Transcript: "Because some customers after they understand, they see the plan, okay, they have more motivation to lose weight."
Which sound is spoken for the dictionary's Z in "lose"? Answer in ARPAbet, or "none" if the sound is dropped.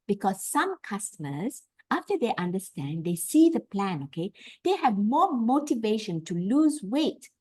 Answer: Z